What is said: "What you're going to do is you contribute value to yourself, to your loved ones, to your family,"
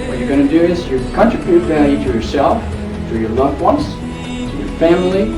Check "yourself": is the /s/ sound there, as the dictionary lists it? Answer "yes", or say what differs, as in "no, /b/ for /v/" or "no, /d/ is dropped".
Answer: yes